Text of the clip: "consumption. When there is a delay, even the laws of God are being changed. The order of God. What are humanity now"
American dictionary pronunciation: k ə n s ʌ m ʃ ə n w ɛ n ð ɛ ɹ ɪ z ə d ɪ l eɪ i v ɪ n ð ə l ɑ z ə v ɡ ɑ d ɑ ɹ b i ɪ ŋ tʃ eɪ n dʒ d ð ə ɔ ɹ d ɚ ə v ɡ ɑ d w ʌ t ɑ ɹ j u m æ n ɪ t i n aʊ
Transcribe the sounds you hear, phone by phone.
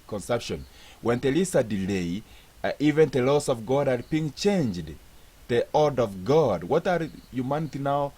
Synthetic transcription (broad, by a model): k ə n s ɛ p ʃ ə n w ɛ n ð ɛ l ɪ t ə d ɪ l eɪ i v ɪ n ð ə l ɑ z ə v ɡ ɑ d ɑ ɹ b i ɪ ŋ tʃ eɪ n dʒ d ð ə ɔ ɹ d ə v ɡ ɑ d w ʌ t ɑ ɹ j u m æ n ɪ t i n aʊ